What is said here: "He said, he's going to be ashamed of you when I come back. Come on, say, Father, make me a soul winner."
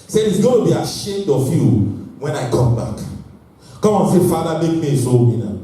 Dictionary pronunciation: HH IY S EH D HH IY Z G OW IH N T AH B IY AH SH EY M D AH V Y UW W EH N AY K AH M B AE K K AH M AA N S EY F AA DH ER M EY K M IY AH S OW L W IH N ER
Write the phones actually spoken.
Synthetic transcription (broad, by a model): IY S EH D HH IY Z G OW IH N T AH B IY AH SH EY M D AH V Y UW W EH N AY K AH M B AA K K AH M AA N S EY F AA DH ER M EY K M IY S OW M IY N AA